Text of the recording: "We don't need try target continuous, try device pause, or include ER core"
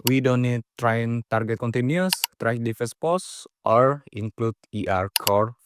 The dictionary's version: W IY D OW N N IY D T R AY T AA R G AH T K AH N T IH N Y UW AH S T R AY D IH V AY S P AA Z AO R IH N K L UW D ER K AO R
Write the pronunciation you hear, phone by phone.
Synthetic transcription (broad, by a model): W IY D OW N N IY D T R AY T AA R G AH T K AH N T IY N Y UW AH S T R AY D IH F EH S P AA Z AO R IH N K L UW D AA K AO R